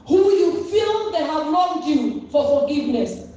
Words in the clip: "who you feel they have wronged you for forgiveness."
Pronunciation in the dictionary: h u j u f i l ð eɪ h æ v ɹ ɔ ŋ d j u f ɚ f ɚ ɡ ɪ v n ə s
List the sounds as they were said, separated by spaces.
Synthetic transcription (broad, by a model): h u j u f i l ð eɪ h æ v l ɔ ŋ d j u f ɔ f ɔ ɡ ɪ v n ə s